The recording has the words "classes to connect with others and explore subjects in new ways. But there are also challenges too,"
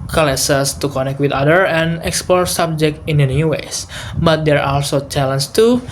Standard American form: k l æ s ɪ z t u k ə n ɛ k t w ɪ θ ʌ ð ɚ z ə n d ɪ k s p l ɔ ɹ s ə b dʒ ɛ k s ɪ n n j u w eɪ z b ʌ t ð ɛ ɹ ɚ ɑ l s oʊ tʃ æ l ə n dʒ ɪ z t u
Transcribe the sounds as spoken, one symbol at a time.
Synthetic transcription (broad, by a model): k l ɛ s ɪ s t u k ə n ɛ k t w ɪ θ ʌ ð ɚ ə n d ɪ k s p l ɔ ɹ s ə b dʒ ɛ k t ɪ n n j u w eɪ s b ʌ t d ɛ ɹ ɑ l s oʊ tʃ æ l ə n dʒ t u